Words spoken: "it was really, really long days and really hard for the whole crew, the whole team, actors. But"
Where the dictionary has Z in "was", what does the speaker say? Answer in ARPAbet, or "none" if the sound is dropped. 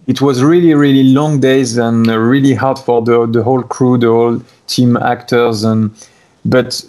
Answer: Z